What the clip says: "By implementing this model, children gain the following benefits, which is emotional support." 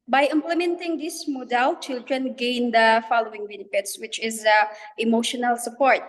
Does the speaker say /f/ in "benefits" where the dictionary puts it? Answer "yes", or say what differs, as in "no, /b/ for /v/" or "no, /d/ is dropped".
no, /p/ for /f/